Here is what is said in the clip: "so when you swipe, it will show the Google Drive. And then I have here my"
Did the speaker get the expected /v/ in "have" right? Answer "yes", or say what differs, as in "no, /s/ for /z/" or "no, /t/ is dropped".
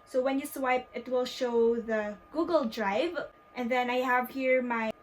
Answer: yes